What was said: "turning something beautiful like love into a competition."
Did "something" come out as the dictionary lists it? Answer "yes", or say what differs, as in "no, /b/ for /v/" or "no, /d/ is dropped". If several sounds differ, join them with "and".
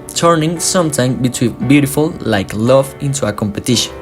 no, /t/ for /θ/